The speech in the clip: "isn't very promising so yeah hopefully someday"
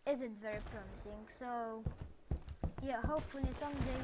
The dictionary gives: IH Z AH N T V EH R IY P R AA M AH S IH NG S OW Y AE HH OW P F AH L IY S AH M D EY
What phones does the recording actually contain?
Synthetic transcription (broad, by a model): IH Z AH N T V EH R IY P R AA M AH S IH NG S OW Y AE HH OW P F AH L IY S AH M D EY